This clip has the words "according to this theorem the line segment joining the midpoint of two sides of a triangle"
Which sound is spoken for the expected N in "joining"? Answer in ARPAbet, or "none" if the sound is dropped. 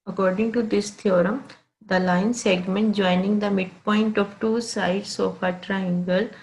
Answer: N